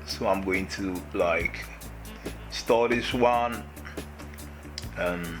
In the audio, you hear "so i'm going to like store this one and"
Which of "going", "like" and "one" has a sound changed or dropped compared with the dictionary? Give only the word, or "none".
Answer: none